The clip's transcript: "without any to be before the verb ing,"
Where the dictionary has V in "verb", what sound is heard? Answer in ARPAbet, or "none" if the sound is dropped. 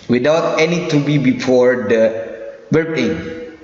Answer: W